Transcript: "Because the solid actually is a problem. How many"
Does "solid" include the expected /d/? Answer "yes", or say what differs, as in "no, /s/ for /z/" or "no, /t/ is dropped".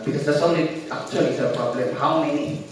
no, /d/ is dropped